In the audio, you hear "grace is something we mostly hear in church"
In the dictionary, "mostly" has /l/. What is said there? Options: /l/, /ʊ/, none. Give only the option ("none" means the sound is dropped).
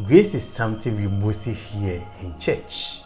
none